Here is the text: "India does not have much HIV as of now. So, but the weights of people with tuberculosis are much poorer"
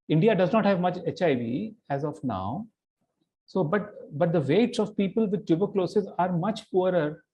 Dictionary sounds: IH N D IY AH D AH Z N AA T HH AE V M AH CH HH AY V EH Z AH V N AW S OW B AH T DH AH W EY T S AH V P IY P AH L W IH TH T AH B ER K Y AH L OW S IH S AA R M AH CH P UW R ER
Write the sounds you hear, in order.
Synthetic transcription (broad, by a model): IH N D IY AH D AH Z N AA T HH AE V M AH CH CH AY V EH Z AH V N AW S OW B AH T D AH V EY T S AH V P IY P AH L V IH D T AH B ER K L OW S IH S AA R M AH CH P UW R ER